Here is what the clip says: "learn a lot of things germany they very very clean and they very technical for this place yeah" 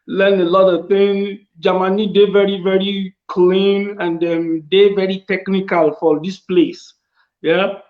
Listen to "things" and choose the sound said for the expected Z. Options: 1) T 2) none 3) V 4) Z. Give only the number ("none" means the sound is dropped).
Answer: 2